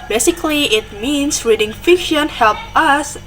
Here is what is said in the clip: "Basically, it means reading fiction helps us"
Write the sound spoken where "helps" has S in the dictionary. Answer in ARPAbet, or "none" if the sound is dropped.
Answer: none